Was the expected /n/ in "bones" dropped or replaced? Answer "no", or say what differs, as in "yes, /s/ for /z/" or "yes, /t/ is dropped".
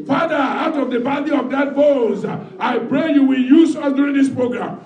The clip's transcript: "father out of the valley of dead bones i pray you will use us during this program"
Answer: yes, /n/ is dropped